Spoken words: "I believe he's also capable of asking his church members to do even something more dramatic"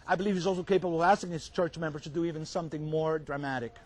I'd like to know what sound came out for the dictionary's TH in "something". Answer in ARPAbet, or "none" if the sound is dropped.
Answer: TH